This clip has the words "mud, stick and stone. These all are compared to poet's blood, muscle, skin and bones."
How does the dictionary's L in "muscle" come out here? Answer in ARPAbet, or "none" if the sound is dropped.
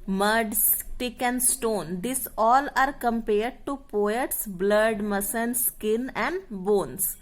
N